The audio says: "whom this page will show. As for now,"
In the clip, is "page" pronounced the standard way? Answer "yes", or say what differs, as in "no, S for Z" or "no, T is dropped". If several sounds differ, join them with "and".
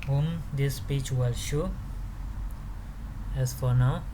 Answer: no, CH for JH